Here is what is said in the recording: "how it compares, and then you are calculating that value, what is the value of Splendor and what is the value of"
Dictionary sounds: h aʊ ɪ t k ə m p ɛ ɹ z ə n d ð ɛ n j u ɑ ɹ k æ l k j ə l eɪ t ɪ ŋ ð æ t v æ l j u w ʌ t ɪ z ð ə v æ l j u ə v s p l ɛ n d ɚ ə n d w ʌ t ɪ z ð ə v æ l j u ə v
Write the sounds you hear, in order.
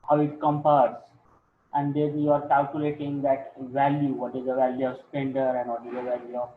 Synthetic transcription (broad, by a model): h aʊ ɪ t k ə m p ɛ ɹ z ə n d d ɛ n j u ɑ ɹ k æ l k j ə l eɪ t ɪ ŋ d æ t v æ l j u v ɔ t ɪ z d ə v æ l j u ə v s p ɛ n d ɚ ə n d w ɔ t ɪ z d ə v æ l j u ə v